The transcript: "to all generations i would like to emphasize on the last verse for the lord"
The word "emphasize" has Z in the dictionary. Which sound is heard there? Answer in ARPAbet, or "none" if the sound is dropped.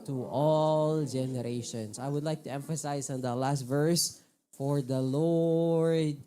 S